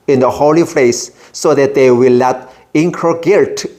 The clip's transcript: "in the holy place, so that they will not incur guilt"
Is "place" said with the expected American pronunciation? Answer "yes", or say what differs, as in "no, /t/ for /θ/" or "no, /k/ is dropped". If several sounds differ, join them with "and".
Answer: no, /f/ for /p/